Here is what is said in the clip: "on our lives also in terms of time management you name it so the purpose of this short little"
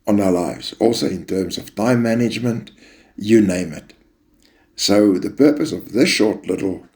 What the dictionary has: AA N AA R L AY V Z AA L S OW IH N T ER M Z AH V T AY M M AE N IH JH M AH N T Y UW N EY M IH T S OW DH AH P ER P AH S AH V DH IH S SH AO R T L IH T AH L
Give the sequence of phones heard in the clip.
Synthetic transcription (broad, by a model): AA N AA L AY V Z AA L S OW IH N T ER M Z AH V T AY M M AE N IH JH M AH N T Y UW N EY M IH T S OW DH AH P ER P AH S AH V DH IH S SH AO R T L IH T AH L